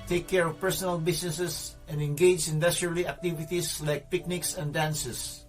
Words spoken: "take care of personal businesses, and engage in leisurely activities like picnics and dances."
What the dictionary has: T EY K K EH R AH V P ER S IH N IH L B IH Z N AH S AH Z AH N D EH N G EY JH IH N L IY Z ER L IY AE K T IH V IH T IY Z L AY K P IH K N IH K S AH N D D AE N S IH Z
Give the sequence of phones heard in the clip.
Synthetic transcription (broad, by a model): T EY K K EH R AH V P ER S IH N IH L B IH S N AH S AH S AH N D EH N G EY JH IH N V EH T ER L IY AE K T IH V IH T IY S L AY K P IH K N IH K S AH N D D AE N S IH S